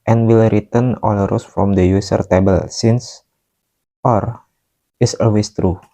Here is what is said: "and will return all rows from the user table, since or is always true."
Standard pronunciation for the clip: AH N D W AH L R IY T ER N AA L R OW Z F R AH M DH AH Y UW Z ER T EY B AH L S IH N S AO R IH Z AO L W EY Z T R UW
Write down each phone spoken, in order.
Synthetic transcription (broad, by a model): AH N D W AH L R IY T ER N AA L R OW S F R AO M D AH Y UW S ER T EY B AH L S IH N S AO R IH S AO L W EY S T R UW